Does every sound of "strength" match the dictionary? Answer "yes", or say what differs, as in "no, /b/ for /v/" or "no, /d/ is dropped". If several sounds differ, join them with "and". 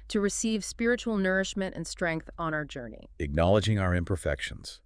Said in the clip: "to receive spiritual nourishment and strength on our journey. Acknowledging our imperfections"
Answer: yes